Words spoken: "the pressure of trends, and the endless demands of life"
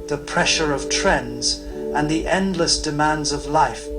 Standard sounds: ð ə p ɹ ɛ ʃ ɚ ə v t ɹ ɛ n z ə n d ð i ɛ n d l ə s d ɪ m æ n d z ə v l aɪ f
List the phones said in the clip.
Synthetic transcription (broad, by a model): ð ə p ɹ ɛ ʃ ɚ ə v t ɹ ɛ n z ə n ð i ɛ n d l ə s d ɪ m æ n d z ə v l aɪ f